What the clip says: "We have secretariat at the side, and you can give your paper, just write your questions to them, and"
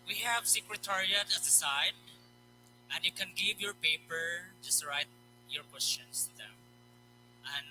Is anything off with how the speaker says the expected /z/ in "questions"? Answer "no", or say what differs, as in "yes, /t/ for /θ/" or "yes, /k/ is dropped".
yes, /s/ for /z/